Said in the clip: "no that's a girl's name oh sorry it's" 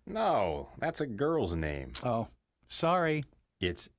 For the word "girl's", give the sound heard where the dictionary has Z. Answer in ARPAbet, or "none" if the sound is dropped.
Z